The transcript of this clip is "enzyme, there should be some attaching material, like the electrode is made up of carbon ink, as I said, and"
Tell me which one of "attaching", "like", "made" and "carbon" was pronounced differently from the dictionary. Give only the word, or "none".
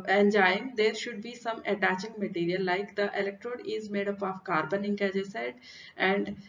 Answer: none